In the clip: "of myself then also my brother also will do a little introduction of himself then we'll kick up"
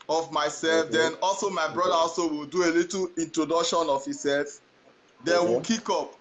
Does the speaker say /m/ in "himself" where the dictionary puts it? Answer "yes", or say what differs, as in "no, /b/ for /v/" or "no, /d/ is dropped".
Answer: no, /m/ is dropped